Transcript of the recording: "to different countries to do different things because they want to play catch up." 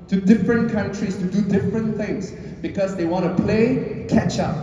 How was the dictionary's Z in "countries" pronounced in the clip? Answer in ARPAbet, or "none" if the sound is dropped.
S